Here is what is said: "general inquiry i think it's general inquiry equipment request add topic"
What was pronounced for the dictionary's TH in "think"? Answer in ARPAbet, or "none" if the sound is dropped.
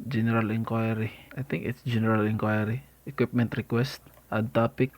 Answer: T